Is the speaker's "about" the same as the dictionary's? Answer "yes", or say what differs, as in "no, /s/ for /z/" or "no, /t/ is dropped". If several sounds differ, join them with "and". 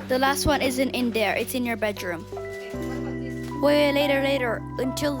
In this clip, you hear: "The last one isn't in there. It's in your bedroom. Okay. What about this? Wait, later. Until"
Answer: no, /b/ is dropped